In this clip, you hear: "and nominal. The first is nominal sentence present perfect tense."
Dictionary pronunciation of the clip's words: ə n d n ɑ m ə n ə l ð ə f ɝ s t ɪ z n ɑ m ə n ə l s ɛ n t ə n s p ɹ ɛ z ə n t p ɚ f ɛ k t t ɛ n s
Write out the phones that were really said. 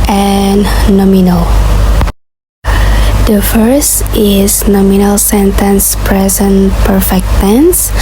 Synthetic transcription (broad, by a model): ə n n ɑ m ə n ə l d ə f ɝ s t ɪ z n ɑ m ə n ə l s ɛ n t ə n s p ɹ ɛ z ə n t p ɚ f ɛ k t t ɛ n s